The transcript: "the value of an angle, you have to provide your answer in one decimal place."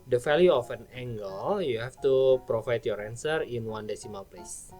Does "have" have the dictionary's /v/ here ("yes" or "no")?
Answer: no